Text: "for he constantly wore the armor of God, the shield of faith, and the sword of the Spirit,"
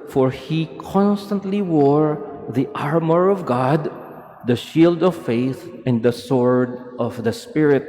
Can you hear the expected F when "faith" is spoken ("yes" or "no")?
yes